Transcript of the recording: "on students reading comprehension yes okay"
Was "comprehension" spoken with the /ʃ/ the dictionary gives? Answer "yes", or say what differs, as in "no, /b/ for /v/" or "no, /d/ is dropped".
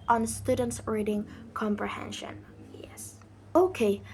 yes